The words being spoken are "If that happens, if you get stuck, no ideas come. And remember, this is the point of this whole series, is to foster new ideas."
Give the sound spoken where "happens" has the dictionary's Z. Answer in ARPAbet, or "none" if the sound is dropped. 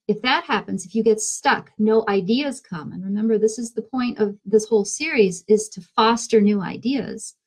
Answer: Z